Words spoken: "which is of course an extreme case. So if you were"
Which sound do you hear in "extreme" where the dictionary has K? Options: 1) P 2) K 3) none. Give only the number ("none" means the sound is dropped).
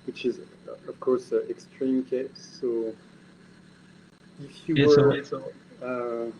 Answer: 2